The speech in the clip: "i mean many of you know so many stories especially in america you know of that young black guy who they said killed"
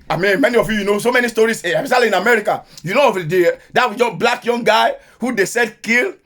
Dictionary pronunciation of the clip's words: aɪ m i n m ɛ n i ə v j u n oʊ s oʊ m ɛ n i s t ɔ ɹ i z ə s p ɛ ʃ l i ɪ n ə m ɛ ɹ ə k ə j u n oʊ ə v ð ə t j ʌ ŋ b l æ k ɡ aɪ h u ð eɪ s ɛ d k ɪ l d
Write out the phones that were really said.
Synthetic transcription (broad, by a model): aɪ m i n m ɛ n i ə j j u n oʊ s oʊ m ɛ n i s t ɔ ɹ i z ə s ɑ l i ɪ n ə m ɛ ɹ ə k ə j u n oʊ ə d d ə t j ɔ b l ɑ k ɡ aɪ h u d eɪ s ɛ d k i l